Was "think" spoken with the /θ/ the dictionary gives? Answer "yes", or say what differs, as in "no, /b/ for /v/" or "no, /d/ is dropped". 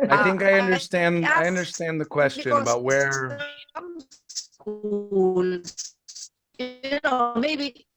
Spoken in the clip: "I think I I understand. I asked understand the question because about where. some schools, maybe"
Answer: yes